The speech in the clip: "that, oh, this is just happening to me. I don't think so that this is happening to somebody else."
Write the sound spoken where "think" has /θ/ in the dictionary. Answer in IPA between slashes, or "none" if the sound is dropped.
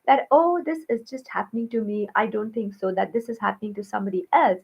/t/